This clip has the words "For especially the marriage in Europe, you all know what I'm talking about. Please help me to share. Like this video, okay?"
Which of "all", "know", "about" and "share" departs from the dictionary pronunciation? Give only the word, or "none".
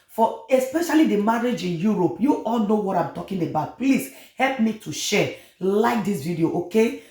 share